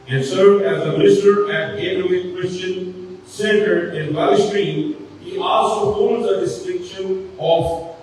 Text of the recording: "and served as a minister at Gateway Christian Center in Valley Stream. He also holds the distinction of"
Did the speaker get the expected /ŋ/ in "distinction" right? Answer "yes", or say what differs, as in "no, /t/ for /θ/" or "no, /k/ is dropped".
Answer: no, /ŋ/ is dropped